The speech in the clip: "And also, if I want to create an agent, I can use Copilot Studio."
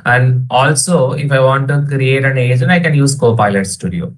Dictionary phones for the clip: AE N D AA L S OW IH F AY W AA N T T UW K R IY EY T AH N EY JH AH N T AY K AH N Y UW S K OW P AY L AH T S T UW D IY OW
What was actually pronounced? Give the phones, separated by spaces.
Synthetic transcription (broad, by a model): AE N D AA L S OW IH F AY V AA N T T UW K R IY EY T AH N EY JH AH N AY K AH N Y UW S K OW P AY L AH T S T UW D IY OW